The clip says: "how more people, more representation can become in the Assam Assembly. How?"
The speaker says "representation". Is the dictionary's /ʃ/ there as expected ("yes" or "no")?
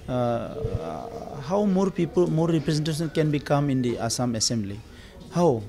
no